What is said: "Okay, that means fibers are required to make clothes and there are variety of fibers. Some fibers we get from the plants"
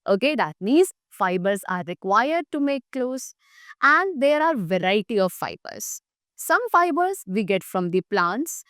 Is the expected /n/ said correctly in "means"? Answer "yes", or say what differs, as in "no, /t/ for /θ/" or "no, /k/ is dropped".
no, /n/ is dropped